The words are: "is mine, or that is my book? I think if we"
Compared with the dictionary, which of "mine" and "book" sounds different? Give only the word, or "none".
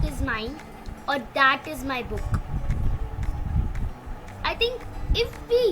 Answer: mine